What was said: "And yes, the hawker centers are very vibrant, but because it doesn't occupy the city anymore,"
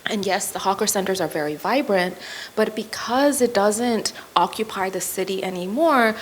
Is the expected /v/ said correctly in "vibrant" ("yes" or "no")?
yes